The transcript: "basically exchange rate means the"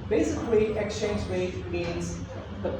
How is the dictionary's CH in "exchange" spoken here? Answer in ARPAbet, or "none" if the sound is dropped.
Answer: CH